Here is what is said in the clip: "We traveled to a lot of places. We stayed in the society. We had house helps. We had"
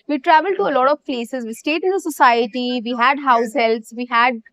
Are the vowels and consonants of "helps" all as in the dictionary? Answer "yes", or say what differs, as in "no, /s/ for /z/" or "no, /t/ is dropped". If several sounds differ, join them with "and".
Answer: no, /p/ is dropped